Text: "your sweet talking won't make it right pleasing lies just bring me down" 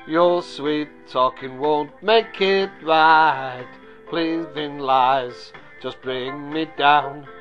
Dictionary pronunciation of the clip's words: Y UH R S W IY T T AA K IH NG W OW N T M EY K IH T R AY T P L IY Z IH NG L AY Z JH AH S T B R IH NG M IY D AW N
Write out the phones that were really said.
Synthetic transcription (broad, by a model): Y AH R S W IY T T AA K IH NG W OW N T M EY K IH T R AY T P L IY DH IH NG L AY Z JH AH S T B R IH NG M IY D AW N